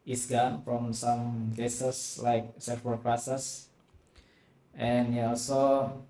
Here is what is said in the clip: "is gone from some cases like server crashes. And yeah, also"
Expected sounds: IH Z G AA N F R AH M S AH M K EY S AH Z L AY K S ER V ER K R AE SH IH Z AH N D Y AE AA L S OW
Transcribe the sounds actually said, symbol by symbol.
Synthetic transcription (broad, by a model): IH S G AA N F R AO M S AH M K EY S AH S L AY K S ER F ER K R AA S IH S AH N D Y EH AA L S OW